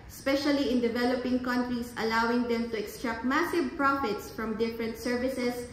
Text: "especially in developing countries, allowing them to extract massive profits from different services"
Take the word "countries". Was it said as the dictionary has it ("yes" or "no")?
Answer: no